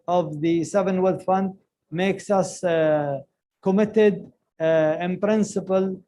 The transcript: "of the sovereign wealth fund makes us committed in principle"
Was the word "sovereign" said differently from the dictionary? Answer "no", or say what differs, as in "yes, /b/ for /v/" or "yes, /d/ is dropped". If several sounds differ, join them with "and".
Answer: yes, /ɹ/ is dropped